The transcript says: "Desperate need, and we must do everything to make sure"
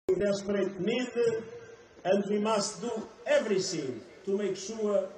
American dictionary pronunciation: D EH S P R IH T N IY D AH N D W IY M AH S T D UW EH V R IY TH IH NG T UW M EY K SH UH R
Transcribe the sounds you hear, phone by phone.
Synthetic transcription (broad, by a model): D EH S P R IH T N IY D AH N D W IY M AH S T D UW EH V R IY S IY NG T UW M EY K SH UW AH